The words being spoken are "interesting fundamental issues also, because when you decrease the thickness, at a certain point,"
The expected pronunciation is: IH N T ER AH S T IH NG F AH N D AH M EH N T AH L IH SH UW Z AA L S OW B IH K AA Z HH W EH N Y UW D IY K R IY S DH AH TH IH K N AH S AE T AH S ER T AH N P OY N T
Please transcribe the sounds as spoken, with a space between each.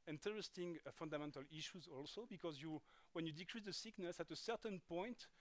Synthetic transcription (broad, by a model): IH N T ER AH S T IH NG F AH N D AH M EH N T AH L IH SH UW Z AA L S OW B IH K AA Z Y W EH N Y UW D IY K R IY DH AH S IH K N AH S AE T AH S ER T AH N P OY N T